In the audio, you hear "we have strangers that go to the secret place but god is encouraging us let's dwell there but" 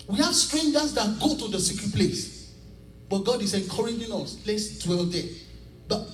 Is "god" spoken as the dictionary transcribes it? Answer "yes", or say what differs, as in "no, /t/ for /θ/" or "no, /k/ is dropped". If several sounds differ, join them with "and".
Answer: yes